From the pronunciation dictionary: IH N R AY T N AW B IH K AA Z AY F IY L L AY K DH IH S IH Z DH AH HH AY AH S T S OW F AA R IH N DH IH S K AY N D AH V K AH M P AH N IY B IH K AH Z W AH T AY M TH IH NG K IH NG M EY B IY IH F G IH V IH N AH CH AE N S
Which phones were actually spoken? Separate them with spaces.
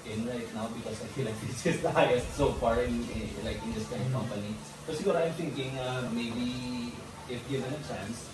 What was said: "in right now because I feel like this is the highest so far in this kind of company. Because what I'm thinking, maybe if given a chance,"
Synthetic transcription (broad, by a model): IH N R AY T N AW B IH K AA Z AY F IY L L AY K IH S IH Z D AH HH AY AH S T S OW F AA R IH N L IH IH K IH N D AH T K AH M P AH N IY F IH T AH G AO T AY M T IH NG K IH NG M EY B IY IH F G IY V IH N AH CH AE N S